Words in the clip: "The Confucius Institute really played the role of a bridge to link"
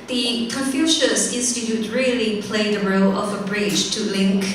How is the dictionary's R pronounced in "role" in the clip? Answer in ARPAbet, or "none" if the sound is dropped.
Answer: R